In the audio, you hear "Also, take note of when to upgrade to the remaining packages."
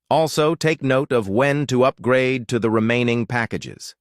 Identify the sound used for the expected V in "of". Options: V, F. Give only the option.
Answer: V